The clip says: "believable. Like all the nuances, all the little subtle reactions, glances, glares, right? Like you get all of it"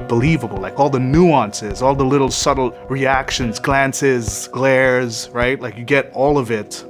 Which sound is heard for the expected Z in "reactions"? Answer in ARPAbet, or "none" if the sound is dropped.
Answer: Z